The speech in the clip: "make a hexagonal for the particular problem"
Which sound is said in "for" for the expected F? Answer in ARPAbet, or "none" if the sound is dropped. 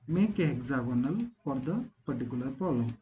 P